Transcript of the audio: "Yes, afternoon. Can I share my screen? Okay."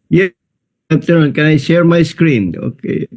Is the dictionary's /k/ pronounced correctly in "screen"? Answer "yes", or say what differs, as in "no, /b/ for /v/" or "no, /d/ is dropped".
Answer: yes